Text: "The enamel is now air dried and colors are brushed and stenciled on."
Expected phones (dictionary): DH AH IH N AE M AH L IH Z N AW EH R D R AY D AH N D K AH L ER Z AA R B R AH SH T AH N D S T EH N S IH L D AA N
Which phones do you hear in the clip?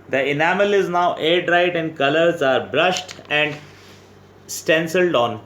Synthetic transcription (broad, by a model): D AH IH N AE M AH L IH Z N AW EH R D R AY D AH N D K AH L ER Z AA R B R AH SH T AH N D S T EH N S IH L D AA N